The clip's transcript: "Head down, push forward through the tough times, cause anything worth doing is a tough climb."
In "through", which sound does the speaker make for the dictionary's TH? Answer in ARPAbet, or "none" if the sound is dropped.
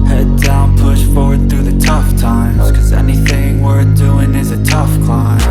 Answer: TH